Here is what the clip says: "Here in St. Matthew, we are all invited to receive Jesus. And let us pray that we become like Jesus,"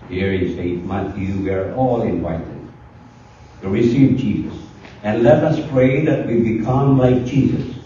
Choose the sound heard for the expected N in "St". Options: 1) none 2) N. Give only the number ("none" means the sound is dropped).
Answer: 1